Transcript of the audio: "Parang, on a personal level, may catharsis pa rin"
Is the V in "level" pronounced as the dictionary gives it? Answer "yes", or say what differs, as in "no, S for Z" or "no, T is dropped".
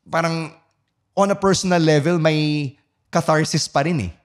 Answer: yes